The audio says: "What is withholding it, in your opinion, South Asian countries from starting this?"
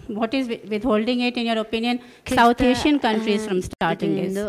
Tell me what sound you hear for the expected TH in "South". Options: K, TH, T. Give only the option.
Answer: T